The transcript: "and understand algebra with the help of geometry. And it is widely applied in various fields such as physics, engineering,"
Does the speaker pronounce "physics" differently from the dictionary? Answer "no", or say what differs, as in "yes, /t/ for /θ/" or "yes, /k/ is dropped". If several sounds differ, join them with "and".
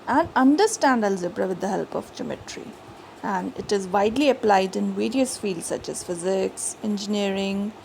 no